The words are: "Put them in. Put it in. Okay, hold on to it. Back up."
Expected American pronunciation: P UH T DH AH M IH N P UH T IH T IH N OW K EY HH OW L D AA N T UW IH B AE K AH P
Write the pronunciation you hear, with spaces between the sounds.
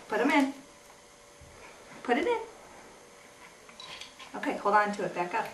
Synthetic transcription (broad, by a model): P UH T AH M IH N P UH T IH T IH N OW K EY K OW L AA N T UW IH B AE K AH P